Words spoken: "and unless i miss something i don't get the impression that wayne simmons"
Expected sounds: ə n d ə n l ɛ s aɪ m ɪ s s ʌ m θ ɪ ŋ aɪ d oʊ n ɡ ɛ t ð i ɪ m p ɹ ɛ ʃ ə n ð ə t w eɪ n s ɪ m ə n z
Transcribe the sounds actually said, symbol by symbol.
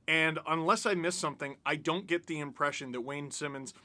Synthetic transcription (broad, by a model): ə n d ə n l ɛ s aɪ m ɪ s s ʌ m θ ɪ ŋ aɪ d oʊ n ɡ ɛ t ð i ɪ m p ɹ ɛ ʃ ə n ð ə t w eɪ n s ɪ m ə n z